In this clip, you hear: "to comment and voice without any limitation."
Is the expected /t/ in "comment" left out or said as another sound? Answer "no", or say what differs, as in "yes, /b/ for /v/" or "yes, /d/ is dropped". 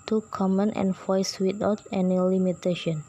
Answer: no